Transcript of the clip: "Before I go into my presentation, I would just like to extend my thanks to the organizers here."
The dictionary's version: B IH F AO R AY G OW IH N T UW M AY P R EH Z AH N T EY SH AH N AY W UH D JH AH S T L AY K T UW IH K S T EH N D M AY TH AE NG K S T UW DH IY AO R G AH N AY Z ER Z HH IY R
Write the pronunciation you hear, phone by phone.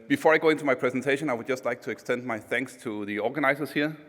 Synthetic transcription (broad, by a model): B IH F AO R AY G OW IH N T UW M AY P R EH Z AH N T EY SH AH N AY W UH D JH AH S T L AY K T UW IH K S T EH N D M AY TH AE NG K S T UW DH IY AO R G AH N AY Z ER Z HH IY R